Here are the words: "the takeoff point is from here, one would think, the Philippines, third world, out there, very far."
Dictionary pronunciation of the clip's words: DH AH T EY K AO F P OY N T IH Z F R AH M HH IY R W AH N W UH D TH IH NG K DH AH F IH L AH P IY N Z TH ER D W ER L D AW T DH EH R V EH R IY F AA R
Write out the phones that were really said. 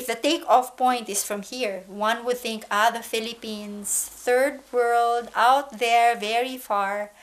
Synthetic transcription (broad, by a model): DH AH T EY K AO F P OY N T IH S F R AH M HH IY R W AH N W UH D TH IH NG K DH AH F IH L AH P IY N S TH ER D W ER L D AW T DH EH R V EH R IY F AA R